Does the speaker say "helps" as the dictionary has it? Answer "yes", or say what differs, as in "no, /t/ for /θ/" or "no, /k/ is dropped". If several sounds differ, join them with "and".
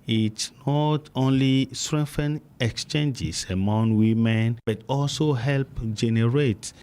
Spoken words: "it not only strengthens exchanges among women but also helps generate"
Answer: no, /s/ is dropped